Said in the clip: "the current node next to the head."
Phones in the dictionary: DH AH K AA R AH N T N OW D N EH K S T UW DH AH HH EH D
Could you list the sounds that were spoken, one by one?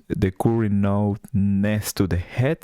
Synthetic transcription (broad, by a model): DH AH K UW R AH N N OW N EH S T UW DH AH HH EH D